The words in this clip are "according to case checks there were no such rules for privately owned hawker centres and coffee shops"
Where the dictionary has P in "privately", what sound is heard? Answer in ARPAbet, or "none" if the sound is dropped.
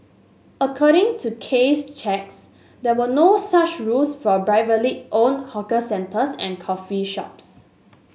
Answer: B